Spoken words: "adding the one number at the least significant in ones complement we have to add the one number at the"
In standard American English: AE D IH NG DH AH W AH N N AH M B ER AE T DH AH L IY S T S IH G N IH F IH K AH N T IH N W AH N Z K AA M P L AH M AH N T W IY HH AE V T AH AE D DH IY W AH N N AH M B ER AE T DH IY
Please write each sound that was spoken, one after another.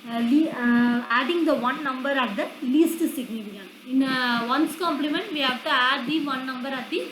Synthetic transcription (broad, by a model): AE D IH NG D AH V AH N N AH M B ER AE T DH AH L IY S T S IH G N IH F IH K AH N IH N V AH N S K AA M P L AH M AH N T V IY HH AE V T AH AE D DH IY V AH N N AH M B ER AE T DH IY